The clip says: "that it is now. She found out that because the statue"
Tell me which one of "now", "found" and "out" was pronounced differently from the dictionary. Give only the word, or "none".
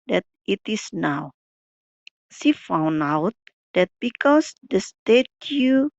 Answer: found